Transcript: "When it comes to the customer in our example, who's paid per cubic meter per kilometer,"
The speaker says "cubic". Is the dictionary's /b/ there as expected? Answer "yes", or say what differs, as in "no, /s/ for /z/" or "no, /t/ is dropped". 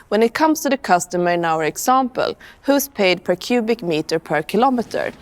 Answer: yes